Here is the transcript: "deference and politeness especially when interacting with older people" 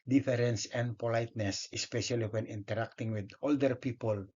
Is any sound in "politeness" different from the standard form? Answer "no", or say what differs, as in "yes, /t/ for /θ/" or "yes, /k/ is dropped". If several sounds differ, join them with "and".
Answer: no